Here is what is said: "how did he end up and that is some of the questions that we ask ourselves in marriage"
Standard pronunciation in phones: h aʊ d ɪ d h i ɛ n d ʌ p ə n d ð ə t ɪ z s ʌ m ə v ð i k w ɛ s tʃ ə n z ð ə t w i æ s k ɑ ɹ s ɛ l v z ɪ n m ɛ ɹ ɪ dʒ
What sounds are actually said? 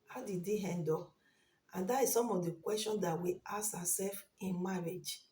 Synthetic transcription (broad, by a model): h aʊ d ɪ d h ɛ n d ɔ ə n d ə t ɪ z s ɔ m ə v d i k w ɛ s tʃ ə n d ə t w i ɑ s ɑ s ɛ l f ɪ n m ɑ ɹ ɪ dʒ